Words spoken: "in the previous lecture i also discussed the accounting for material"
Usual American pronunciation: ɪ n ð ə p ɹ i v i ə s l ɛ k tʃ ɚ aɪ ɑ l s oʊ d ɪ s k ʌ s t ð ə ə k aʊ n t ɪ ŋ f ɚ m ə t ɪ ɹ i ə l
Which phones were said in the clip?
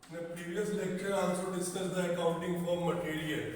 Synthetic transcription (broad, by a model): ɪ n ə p ɹ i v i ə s l ɛ k tʃ ɚ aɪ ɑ n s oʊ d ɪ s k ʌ t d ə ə k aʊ n t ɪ ŋ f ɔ m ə t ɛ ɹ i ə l